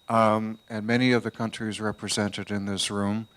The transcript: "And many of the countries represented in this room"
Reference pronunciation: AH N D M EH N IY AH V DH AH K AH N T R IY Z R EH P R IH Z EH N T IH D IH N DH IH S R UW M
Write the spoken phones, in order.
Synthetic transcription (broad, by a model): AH N M EH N IY AH V DH AH K AH N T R IY Z R EH P R IH Z EH N T IH D IH N DH IH S R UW M